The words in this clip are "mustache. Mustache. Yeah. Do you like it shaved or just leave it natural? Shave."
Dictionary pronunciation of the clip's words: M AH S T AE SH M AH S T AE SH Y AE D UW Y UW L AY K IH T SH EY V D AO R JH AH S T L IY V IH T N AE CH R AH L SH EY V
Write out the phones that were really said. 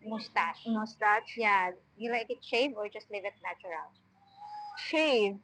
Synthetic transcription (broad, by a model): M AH S T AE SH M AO S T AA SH Y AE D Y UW L AY K IH T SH EY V AO R JH AH S T L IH V IH T N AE CH R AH L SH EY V